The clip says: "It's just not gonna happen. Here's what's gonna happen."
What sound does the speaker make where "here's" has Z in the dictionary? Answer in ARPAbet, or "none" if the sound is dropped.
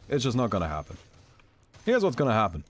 Z